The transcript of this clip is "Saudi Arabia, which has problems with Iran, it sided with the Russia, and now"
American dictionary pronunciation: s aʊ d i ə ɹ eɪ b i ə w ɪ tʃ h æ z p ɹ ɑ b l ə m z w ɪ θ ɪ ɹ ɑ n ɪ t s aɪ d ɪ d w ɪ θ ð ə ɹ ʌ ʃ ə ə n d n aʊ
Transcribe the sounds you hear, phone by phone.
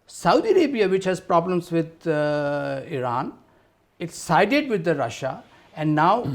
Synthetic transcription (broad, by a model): s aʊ d i ə ɹ eɪ b i ə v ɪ tʃ h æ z p ɹ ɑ b l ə m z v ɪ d ɪ ɹ ɑ n ɪ t s aɪ d ɪ d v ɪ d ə ɹ ʌ ʃ ə ə n d n aʊ